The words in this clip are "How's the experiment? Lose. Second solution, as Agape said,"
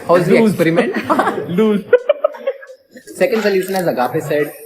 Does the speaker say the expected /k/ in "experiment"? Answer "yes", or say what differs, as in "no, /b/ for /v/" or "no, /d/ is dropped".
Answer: no, /k/ is dropped